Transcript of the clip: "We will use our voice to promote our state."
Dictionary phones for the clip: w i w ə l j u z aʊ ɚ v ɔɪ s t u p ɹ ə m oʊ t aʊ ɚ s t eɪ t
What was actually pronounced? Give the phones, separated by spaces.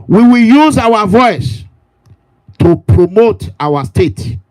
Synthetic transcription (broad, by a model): w i w ə l j u z aʊ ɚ v ɔɪ s t u p ɹ ə m oʊ t aʊ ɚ s t eɪ t